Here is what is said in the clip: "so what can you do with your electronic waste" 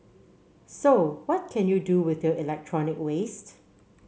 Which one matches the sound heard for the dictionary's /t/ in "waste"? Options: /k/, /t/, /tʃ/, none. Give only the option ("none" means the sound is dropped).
/t/